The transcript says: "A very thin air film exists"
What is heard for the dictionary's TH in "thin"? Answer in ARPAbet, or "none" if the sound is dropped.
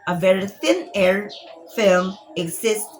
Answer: TH